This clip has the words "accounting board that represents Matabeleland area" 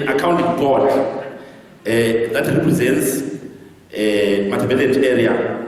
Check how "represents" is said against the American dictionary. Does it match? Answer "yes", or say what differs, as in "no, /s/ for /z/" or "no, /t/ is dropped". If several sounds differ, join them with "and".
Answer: yes